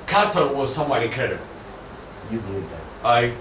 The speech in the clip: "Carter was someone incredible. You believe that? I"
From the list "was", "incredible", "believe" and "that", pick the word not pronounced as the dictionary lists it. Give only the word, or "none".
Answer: incredible